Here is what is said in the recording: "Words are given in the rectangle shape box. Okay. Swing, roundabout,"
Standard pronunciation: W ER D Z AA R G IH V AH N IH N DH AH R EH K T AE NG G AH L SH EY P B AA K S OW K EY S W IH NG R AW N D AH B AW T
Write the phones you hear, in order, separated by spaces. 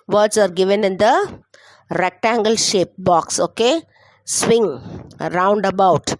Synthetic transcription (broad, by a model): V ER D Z AA R G IH V AH N IH N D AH R EH K T AE NG G AH L SH EY P B AA K S OW K EY S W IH NG R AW N D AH B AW T